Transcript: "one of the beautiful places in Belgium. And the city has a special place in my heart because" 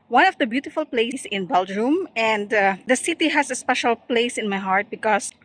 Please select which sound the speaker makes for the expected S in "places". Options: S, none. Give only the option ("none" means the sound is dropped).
none